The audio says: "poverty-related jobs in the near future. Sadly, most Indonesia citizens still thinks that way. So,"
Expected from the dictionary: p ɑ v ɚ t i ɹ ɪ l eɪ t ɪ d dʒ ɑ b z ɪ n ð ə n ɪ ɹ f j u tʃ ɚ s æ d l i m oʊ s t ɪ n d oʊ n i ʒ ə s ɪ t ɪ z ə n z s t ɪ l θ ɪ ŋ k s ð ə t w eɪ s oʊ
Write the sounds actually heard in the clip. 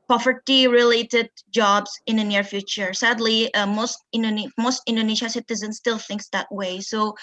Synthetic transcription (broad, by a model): p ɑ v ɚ t i ɹ ɪ l eɪ t ɪ d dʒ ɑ b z ɪ n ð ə n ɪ ɹ f j u tʃ ɚ s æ d l i m oʊ s t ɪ n d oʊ n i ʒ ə s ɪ t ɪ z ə n s t ɪ l θ ɪ ŋ k s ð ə t w eɪ s oʊ